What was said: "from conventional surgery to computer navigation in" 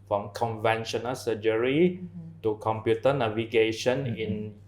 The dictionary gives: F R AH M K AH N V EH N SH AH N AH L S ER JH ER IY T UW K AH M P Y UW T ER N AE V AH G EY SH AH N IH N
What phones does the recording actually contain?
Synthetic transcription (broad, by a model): F R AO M K AH N V EH N SH AH N AH L S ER JH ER IY T UW K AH M P Y UW T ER N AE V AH G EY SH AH N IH N